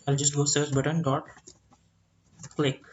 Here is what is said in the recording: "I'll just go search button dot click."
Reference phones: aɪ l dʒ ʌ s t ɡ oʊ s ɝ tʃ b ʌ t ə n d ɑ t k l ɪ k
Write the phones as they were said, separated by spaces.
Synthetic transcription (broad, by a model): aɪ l dʒ ʌ s t ɡ oʊ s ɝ s b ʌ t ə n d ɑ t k l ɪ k